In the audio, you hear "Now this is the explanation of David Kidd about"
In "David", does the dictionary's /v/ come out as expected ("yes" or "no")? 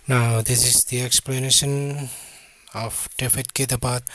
no